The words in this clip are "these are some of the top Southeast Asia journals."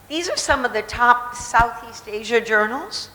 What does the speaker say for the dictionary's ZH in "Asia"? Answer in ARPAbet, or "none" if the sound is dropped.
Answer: ZH